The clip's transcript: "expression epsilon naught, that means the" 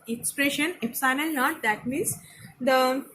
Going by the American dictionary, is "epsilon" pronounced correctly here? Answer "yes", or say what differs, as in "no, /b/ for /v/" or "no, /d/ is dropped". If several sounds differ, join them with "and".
no, /n/ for /l/ and /l/ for /n/